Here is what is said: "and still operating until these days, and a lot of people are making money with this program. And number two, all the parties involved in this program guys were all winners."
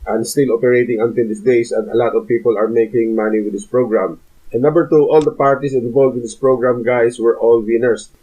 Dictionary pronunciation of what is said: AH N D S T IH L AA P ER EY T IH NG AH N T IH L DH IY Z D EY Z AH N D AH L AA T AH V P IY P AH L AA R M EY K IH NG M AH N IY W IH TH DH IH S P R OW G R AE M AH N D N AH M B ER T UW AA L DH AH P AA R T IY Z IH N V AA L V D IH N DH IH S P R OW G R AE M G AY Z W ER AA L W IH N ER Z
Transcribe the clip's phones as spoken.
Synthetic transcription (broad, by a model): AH N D S T IH L AA P ER EY T IH NG AH N T IH L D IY S D EY S AH N D AH L AA T AH V P IY P AH L AA R M EY K IH NG M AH N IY W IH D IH S P R OW G R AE M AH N N AH M B ER T UW AA L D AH P AA R T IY S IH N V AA L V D IH N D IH S P R OW G R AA M G AY S W ER AA L W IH N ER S